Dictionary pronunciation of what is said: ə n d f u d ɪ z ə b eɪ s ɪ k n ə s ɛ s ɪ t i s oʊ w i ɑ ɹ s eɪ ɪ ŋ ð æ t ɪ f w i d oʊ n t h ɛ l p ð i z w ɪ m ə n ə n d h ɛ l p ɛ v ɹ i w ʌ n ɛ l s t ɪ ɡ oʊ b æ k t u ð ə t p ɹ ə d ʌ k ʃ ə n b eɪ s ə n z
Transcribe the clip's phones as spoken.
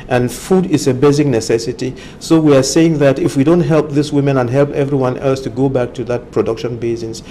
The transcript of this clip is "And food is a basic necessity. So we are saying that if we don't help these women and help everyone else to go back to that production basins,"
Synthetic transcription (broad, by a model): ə n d f u d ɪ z ə b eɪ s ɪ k n ə s ɛ s ɪ t i s oʊ w i ɑ ɹ s eɪ ɪ ŋ ð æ t ɪ f w i d oʊ n t h ɛ l p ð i s w ɪ m ə n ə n h ɛ l p ɛ v ɹ i w ʌ n ɛ l s t ɪ ɡ oʊ b æ k t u ð ə t p ɹ ə d ʌ k ʃ ə n b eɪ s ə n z